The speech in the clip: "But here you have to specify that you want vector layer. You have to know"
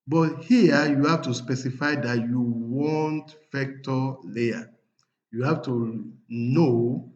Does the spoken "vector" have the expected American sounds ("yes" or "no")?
no